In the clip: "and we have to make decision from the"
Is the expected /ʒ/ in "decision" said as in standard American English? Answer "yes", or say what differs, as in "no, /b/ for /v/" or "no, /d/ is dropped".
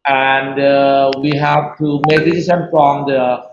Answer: no, /s/ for /ʒ/